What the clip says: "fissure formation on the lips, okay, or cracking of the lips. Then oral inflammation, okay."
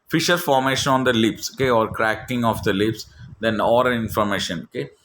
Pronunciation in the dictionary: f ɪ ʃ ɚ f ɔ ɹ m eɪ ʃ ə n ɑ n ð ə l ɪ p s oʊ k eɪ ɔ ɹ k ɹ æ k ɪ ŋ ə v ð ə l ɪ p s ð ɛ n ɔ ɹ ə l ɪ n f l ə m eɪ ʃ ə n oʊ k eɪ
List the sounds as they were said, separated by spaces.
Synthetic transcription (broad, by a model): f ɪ ʃ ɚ f ɔ ɹ m eɪ ʃ ə n ɑ n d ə l ɪ p s oʊ k eɪ ɔ ɹ k ɹ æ k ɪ ŋ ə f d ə l ɪ p s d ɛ n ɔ ɹ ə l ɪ n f ə m eɪ ʃ ə n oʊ k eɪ